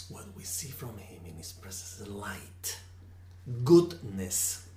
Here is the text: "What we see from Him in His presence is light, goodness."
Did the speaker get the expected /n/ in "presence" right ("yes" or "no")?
no